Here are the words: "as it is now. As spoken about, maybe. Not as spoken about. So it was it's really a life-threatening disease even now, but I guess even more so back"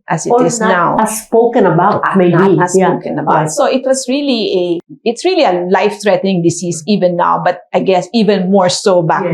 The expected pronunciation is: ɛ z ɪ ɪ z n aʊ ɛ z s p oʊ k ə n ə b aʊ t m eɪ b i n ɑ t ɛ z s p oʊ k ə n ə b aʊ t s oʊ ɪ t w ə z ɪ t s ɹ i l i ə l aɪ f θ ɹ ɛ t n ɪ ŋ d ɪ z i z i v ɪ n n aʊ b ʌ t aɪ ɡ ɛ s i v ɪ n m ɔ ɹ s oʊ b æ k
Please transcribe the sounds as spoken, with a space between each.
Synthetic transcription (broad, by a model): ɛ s ɪ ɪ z n aʊ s s p oʊ k ə n ə b aʊ t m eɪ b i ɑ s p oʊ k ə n ə b aʊ t s oʊ ɪ t w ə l ɪ t s ɹ i l i ə l aɪ f t ɹ ɛ t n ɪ ŋ d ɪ s i s i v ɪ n n aʊ b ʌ t aɪ ɡ ɛ s i v ɪ n m ɔ ɹ s oʊ b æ